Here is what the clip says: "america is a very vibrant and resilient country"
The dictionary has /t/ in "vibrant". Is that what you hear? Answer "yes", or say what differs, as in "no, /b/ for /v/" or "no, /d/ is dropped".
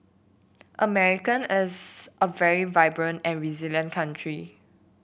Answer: yes